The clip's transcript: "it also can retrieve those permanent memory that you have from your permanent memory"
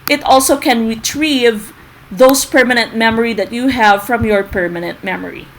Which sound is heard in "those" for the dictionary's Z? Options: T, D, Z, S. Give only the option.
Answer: S